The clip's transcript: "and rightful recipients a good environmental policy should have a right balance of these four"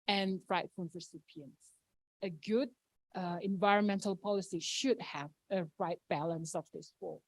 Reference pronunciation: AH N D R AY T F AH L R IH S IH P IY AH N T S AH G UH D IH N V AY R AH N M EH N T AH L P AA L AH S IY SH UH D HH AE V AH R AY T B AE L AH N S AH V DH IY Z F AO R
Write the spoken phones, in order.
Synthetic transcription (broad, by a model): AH N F R AY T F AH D R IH S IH P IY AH N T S AH G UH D IH N V AY R AH N M EH N T AH L P AA L AH S IY SH UH D HH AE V AH R AY T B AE L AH N S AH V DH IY S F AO